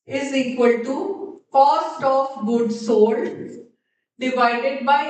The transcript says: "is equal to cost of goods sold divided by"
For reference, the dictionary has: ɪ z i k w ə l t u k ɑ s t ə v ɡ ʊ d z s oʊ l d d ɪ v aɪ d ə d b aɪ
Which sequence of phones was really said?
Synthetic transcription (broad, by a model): ɪ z i k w ə l t u k ɑ s t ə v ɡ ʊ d s oʊ d d ɪ v aɪ d ə d b aɪ